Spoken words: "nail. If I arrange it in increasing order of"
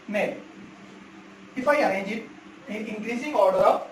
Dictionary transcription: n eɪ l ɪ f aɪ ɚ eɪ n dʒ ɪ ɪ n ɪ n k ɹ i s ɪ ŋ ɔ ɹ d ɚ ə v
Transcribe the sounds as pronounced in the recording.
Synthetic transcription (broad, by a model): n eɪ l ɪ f aɪ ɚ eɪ dʒ ɪ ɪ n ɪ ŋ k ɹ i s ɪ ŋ ɔ ɹ d ɚ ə